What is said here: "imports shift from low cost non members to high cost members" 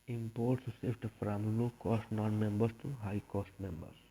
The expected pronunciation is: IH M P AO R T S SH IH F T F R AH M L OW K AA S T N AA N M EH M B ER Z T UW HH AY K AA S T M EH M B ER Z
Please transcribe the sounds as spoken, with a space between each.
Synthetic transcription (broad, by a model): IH M P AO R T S S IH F T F R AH M L OW K AA S T N AA N M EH M B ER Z T UW HH AY K AA S T M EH M B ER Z